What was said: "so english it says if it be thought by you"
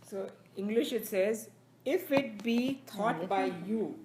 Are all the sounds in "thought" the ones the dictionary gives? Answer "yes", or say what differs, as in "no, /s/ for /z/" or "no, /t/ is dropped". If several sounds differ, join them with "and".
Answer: no, /t/ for /θ/